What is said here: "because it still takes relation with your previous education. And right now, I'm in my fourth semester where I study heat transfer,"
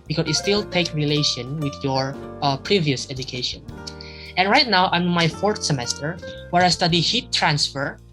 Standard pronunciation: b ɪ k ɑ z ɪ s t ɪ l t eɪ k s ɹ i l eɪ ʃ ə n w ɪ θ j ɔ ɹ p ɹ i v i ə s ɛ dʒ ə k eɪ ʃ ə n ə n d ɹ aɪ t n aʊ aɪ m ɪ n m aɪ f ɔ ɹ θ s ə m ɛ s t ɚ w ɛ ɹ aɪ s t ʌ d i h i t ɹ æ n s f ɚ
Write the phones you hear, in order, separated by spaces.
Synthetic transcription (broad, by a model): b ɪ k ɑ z ɪ s t ɪ l t eɪ k ɹ i l eɪ ʃ ə n w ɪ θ j ɔ ɹ p ɹ i v i ə s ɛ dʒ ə k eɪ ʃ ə n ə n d ɹ aɪ t n aʊ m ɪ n m aɪ f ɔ ɹ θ s ə m ɛ s t ɚ w ɛ ɹ aɪ s t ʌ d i h i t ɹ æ n s f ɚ